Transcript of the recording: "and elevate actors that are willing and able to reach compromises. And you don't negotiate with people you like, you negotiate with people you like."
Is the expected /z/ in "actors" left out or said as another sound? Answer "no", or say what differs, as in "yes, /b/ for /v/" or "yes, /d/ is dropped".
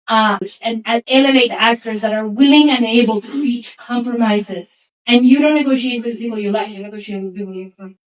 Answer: no